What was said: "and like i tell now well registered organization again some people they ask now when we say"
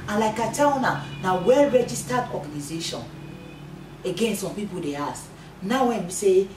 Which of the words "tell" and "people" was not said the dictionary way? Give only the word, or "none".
tell